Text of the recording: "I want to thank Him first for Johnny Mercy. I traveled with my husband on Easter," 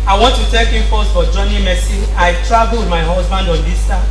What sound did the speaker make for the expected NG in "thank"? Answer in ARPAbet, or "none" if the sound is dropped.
none